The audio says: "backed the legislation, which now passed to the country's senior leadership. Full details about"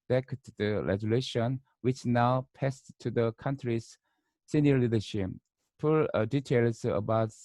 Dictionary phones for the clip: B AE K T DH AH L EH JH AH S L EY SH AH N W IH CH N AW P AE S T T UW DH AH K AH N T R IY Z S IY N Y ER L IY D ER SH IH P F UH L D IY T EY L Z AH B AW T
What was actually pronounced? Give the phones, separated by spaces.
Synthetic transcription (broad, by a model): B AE K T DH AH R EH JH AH L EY SH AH N W IH CH N AW P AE S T T UW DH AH K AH N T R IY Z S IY N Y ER L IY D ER SH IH P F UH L D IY T EY L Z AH B AW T